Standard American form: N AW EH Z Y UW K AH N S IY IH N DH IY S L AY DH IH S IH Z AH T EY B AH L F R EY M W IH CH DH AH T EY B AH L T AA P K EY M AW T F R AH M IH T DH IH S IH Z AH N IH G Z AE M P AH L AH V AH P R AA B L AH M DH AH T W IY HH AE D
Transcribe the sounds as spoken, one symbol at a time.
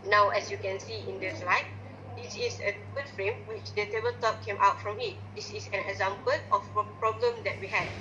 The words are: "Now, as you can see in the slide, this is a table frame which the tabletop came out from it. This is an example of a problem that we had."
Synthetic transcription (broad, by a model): N AW EH S Y UW K AH N S IY IH N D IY S L AY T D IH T AH S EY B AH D F R EY M W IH CH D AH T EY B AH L T AA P K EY M AW T F R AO M IH T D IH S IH S AH N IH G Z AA M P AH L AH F P R AA B L AH M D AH T W IY HH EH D